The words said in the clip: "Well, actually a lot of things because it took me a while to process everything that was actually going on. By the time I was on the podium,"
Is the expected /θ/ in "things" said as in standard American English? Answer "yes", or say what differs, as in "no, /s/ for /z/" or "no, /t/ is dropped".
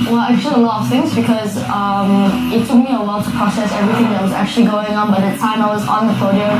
yes